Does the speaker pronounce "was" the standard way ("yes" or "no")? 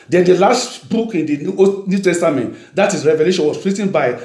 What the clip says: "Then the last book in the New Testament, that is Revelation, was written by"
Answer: no